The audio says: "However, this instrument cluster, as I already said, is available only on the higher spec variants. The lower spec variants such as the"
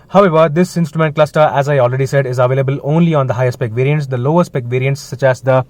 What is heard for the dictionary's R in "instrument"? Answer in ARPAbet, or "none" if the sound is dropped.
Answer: R